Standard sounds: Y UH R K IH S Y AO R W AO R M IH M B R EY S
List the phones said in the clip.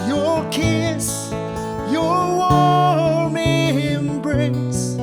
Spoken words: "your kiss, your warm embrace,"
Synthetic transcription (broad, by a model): Y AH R K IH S Y AO R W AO L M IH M B R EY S